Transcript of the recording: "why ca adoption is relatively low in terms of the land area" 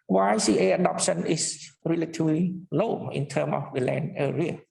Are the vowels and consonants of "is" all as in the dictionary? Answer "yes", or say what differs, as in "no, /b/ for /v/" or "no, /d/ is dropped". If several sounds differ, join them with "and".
no, /s/ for /z/